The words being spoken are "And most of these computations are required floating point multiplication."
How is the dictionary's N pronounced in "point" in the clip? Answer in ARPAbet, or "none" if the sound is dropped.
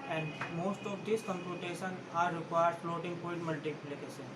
none